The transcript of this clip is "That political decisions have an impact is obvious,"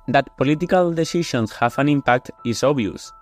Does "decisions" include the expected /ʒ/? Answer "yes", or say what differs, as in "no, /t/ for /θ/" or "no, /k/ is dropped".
no, /ʃ/ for /ʒ/